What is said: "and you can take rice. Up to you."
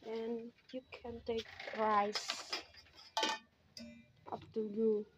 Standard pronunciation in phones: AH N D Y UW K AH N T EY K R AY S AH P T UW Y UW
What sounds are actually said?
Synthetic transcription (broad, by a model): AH N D Y UW K AH N T EY K R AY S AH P T UW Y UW